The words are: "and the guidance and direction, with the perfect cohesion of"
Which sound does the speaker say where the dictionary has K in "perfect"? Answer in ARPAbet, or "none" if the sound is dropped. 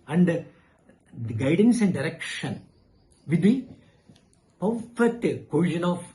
none